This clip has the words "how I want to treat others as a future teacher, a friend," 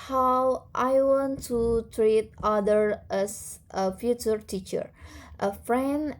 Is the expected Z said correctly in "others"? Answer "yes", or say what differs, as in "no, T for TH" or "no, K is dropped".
no, Z is dropped